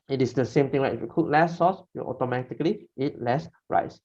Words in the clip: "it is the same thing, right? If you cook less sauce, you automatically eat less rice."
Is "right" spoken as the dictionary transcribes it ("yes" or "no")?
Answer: no